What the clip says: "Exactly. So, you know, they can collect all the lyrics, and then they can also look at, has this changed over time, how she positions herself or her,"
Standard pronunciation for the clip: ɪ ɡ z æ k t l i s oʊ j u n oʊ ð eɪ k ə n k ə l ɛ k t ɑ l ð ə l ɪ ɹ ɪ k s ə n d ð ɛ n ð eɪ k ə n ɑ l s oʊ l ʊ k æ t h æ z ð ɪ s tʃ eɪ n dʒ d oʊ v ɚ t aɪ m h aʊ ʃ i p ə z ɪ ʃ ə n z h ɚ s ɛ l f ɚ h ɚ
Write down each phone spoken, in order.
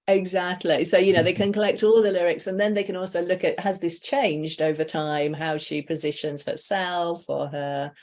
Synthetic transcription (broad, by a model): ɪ ɡ z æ k t l i s oʊ j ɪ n oʊ ð eɪ k ə n k ə l ɛ k t ɑ l ð ə l ɪ ɹ ɪ k s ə n ð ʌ n ð eɪ k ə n ɑ l s oʊ l ʊ k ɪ t h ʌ z ð ɪ s tʃ eɪ n dʒ d oʊ v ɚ t aɪ m h aʊ ʃ i p ə z ɪ ʃ ə n z h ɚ s ɛ l f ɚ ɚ